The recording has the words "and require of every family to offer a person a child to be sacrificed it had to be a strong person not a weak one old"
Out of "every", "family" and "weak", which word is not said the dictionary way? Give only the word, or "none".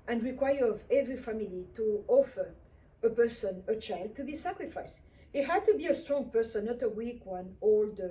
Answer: none